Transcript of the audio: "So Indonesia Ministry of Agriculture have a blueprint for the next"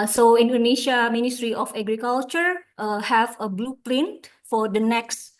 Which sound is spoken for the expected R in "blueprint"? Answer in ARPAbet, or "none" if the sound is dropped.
L